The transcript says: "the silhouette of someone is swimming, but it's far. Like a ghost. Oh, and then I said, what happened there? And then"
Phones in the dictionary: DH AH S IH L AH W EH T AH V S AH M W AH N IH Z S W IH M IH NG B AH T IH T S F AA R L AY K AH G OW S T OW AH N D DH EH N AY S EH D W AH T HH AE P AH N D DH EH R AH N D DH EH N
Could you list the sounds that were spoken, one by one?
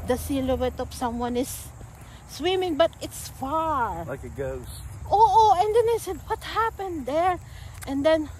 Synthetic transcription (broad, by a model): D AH S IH L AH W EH T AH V S AH M W AH N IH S W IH M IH NG B AH T IH T S F AA R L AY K AH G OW T OW AH N D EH N AY S EH D W AH T HH AE P AH N D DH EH R AH N D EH N